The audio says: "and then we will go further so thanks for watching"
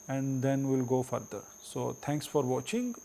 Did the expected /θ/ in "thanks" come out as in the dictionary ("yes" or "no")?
no